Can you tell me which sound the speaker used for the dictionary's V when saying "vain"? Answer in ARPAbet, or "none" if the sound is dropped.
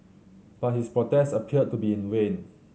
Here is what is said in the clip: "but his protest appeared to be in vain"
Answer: W